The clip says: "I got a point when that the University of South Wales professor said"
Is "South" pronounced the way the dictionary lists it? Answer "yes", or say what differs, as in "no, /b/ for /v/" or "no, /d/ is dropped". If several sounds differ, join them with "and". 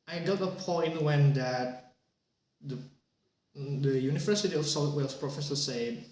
no, /t/ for /θ/